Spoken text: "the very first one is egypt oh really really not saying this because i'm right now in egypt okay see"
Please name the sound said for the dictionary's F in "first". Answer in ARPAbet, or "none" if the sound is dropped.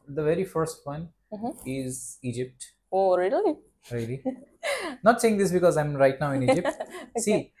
F